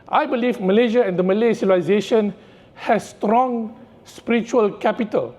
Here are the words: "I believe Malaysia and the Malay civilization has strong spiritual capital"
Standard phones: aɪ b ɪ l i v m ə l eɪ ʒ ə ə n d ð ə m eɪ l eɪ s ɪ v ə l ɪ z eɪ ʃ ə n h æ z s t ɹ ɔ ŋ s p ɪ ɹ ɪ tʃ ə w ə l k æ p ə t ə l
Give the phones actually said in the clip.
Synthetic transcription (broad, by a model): aɪ b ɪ l i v m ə l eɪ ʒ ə ə n d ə m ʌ l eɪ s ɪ ə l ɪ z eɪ ʃ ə n h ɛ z s t ɹ ɔ ŋ s p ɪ ɹ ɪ tʃ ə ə l k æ p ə t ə l